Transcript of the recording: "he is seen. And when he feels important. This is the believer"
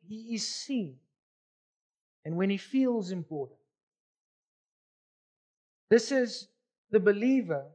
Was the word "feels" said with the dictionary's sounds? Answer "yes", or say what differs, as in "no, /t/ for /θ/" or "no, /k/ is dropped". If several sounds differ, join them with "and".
yes